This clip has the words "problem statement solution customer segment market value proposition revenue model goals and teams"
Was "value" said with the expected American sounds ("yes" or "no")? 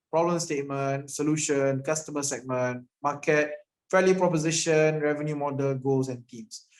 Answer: no